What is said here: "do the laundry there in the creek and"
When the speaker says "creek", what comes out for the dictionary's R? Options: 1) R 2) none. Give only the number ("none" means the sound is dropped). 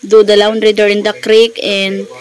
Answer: 1